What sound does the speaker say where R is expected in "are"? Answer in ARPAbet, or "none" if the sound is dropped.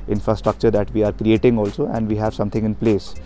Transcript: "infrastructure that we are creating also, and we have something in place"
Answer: R